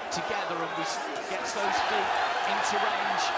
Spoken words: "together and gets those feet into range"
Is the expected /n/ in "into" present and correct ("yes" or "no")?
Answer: yes